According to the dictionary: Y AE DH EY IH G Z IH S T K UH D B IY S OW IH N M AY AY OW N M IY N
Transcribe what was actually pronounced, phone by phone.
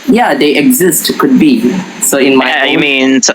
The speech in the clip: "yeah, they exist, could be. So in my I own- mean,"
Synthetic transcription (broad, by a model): Y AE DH EY IH G Z IH S T K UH D B IY S OW IH N M AY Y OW M IY N